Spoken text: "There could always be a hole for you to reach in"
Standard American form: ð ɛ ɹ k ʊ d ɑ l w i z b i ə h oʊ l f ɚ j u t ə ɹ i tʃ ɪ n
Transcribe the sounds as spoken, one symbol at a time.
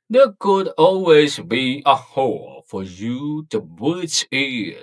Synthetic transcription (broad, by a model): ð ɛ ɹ k ʊ d ɑ l w i z b i ə h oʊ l f ɚ j u t ə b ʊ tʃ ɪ